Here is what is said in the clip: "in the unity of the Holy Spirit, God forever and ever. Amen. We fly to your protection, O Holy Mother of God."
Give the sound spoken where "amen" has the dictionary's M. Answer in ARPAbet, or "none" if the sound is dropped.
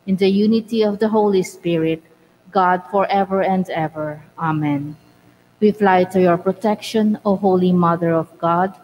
M